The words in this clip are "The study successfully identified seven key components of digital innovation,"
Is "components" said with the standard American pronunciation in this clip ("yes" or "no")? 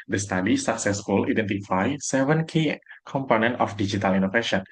no